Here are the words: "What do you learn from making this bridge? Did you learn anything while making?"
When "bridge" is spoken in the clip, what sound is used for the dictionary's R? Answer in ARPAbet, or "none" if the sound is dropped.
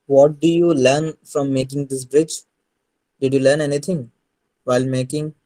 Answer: R